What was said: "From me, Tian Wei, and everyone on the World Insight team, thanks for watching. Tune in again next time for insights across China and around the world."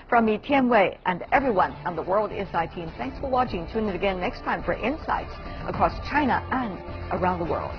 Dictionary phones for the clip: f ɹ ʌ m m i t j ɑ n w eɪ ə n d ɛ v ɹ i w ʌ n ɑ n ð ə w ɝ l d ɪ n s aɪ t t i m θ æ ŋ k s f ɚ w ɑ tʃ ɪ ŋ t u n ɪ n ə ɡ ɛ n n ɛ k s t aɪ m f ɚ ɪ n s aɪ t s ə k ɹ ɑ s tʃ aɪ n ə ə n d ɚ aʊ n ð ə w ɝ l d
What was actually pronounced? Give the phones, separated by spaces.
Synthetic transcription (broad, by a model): f ɹ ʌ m m i t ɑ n w eɪ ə n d ɛ v ɹ i w ʌ n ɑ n ð ə w ɝ l d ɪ s aɪ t t i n θ æ ŋ k s f ɚ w ɑ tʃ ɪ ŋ t u n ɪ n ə ɡ ɛ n n ɛ k s t aɪ m f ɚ ɪ n s aɪ t s ə k ɹ ɑ s tʃ aɪ n ə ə n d ɚ aʊ n ð ə w ɝ l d